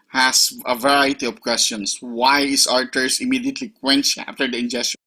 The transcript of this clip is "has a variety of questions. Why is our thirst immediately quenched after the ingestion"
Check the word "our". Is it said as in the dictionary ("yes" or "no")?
yes